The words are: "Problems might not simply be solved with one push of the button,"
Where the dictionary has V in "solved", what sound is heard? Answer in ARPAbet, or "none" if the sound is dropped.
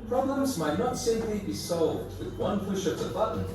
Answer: V